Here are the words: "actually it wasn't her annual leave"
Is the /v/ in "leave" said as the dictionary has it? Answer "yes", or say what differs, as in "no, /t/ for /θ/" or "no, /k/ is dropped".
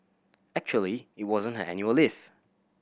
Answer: no, /f/ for /v/